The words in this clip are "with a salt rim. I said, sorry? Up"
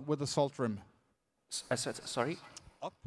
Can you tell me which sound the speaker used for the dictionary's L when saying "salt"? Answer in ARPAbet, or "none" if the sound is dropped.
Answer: L